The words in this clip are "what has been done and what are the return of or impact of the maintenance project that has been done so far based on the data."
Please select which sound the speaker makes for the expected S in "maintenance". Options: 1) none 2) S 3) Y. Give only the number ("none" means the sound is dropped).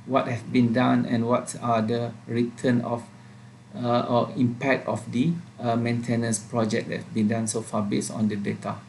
2